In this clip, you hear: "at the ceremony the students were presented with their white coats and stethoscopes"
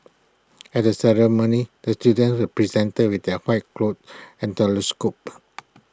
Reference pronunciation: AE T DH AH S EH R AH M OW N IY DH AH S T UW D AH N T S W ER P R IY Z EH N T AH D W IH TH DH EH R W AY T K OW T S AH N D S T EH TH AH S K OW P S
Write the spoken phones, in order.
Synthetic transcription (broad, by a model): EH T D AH S EH R AH M OW N IY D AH S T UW D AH N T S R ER P R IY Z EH N T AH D W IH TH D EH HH W AY T K OW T AH N T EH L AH S K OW P